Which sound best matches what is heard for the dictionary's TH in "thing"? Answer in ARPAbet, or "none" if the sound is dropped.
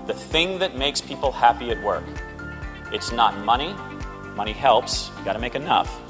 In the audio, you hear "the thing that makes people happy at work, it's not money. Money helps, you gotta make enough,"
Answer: TH